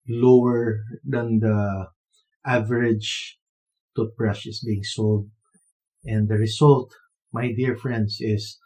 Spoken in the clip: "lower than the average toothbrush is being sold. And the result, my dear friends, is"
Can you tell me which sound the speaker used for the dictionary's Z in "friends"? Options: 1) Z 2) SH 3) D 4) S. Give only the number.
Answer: 4